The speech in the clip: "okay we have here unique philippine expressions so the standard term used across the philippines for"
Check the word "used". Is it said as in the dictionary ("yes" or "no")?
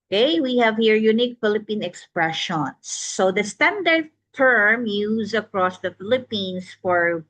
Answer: no